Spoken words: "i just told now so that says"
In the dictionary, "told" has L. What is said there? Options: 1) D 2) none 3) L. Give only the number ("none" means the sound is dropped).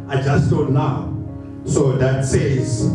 2